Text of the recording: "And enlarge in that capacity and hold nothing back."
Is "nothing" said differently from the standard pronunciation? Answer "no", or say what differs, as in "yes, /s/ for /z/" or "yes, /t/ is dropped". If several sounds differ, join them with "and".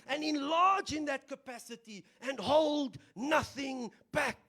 no